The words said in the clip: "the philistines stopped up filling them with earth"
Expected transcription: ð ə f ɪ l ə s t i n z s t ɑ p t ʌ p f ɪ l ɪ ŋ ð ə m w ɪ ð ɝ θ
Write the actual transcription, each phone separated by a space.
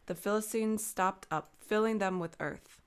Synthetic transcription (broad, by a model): ð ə f ɪ l ə s t i n z s t ɑ p t ʌ p f ɪ l ɪ ŋ ð ə m w ɪ ð ɝ θ